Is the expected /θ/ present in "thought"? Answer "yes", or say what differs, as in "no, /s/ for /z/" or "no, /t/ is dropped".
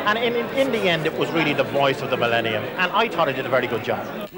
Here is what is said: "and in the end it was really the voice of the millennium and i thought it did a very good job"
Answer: no, /t/ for /θ/